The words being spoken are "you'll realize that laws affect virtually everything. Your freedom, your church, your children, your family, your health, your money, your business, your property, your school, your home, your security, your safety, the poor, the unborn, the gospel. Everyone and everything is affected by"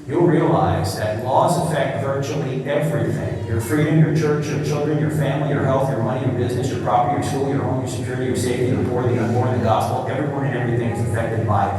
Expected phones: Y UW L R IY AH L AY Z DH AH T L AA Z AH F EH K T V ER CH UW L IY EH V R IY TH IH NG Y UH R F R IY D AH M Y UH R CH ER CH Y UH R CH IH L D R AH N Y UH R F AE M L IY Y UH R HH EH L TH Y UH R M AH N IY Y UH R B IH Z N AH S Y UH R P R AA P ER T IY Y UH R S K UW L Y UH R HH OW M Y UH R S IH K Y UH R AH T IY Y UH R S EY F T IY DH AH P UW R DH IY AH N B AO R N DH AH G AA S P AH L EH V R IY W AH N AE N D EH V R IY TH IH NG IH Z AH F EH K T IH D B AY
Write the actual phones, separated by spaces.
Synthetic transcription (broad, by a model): Y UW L R IY AH L AY Z DH AH T L AA Z AH F EH K T V ER CH UW L IY EH V R IY TH IH NG Y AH R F R IY D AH M Y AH R CH ER CH Y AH R CH IH L D R AH N Y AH R F AE M L IY Y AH R HH EH L TH Y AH R M AH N IY Y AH R B IH Z N AH S Y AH R P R AA P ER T IY Y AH R S K UW L Y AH R HH OW M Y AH R S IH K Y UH R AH T IY Y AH R S EY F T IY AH B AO R DH IY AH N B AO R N DH AH G AA S P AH L EH V R IY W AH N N EH V R IY TH IH NG IH Z AH F EH K T IH D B AY